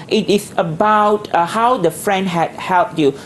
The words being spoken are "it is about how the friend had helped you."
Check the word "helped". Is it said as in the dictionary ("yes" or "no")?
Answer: yes